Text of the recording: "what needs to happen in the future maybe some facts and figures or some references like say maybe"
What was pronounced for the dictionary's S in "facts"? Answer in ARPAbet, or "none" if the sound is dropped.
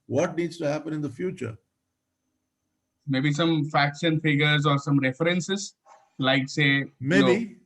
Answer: SH